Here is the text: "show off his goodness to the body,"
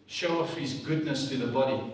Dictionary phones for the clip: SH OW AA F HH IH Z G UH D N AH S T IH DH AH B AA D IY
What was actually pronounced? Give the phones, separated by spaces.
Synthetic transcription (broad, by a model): SH OW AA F HH IH Z G UH D N AH S T IH DH AH B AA D IY